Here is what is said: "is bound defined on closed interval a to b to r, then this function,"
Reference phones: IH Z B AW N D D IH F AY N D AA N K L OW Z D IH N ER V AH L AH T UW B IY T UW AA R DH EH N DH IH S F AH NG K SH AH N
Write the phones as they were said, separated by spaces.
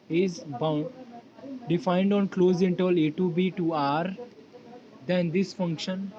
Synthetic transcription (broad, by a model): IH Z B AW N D D IH F AY N D AA N K L OW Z IH N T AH L AH T UW B IY T UW AA R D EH N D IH S F AH NG K SH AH N